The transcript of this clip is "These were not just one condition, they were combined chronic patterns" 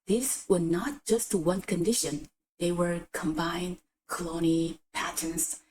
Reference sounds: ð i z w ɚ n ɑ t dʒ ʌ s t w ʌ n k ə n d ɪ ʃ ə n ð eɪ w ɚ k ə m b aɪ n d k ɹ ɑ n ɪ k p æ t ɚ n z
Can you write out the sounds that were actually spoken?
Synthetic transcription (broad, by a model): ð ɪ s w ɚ n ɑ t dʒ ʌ s t w ʌ n k ə n d ɪ ʃ ə n ð eɪ w ɚ k ə m b aɪ n d k l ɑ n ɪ p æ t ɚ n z